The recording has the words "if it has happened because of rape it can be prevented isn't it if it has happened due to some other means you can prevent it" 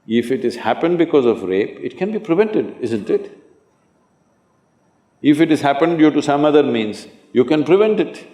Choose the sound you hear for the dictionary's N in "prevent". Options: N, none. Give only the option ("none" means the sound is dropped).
N